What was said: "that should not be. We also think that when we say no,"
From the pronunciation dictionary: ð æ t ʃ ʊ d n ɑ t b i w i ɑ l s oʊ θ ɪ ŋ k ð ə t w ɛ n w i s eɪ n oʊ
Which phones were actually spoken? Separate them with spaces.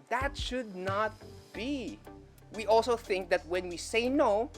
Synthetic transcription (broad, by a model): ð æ t ʃ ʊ d n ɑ t b i w i ɑ l s oʊ θ ɪ ŋ k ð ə t w ɛ n w i s eɪ n oʊ